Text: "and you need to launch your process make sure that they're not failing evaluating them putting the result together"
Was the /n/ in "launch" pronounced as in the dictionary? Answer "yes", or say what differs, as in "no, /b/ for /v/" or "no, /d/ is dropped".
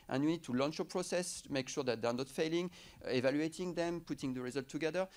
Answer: yes